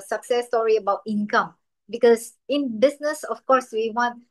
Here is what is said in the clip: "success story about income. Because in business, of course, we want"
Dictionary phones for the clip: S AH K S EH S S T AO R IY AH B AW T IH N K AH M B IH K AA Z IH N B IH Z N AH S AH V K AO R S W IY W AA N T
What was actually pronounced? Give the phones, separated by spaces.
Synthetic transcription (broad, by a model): S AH K S EH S S T AO R IY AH B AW T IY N K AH M B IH K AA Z IH N B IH S N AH S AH F K AO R S W IY W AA N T